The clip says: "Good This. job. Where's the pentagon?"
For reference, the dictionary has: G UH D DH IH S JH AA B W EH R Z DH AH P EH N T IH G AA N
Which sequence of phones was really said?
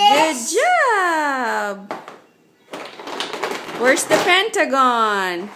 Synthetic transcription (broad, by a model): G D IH JH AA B W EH R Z DH AH P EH N T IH G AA N